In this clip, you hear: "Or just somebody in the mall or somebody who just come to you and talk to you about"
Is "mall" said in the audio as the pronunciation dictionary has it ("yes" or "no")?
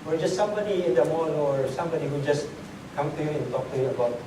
no